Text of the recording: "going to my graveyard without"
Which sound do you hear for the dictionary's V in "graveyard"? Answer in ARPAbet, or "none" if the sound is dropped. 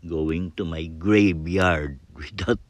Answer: B